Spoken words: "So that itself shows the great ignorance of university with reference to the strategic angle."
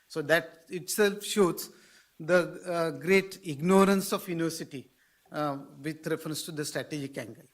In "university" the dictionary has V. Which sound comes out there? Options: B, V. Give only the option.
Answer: V